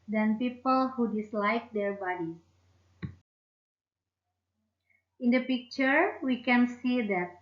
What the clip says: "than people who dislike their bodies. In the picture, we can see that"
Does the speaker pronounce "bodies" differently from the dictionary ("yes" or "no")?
yes